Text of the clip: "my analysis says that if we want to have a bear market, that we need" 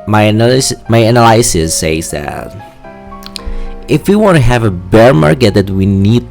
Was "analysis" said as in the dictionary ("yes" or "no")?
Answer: no